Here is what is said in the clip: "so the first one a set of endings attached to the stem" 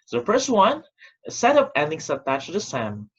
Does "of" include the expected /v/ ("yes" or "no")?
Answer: no